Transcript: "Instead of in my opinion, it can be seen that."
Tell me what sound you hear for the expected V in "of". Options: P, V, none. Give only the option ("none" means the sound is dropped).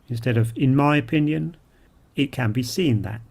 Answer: V